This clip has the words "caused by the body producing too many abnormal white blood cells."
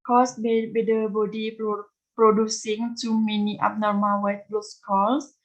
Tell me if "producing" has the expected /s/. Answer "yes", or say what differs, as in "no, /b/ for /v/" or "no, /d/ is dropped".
yes